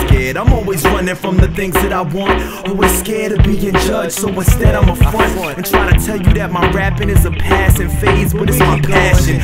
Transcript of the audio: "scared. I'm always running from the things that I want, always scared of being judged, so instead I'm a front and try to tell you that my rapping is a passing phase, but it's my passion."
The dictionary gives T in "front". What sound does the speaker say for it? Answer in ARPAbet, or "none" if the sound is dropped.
none